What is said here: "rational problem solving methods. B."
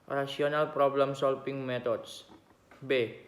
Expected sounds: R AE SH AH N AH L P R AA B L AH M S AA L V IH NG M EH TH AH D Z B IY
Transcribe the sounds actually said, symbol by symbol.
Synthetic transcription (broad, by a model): R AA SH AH N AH L P R AA B L AH M S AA L F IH NG M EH T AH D S B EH